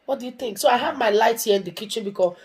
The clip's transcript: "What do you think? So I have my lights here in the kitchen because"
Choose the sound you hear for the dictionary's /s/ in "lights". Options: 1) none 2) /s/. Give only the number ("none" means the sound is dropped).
1